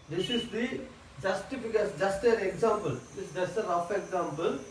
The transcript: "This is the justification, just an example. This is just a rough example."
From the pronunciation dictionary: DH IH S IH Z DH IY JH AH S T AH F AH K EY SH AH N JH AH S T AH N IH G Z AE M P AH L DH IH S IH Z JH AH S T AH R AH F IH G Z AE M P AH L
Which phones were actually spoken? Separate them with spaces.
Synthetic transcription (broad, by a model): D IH S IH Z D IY JH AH S T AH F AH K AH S JH AH S T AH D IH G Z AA M P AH L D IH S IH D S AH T AH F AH IH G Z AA M P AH L